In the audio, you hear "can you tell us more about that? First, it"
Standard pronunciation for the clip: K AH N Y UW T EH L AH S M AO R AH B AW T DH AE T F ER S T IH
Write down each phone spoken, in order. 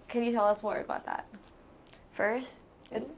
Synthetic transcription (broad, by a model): K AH N Y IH T EH L AH S M AO R AH B AW T DH AE T F ER S T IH